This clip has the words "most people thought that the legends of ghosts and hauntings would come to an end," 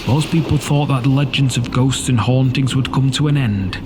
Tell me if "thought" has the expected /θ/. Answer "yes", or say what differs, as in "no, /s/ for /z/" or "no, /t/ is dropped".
yes